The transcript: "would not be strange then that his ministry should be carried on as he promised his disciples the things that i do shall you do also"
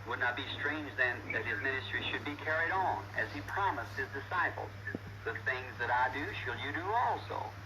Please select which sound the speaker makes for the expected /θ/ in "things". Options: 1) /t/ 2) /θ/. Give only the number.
2